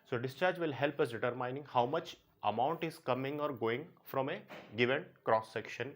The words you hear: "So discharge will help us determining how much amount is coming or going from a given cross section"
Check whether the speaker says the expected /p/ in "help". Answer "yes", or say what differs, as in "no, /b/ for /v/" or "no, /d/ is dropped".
yes